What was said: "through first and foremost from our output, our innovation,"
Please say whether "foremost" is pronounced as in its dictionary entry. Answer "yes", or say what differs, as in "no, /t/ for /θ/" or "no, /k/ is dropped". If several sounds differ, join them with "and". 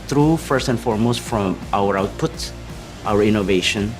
yes